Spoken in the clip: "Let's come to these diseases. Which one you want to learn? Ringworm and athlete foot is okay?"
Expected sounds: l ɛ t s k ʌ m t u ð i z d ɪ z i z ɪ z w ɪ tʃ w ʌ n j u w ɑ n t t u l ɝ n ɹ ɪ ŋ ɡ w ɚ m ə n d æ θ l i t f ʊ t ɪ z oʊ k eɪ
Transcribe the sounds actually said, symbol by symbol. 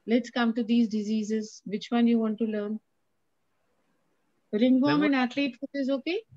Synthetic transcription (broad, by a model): l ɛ t s k ʌ m t u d i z d ɪ z i z ɪ z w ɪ tʃ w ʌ n j u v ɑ n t t u l ɝ n ɹ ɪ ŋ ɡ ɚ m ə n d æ t l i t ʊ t ɪ z oʊ k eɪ